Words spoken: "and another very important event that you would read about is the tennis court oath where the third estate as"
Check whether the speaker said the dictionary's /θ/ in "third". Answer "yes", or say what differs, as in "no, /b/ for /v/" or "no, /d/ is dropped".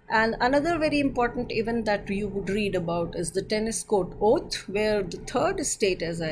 no, /t/ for /θ/